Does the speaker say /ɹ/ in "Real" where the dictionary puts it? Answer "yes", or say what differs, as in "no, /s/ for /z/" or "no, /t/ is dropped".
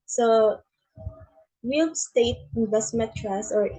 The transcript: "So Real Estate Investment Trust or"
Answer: no, /w/ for /ɹ/